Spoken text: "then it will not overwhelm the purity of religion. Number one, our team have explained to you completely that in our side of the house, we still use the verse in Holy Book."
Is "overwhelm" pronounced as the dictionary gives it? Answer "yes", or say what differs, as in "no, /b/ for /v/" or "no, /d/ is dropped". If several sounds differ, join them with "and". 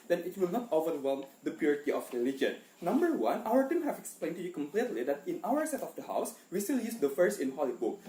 yes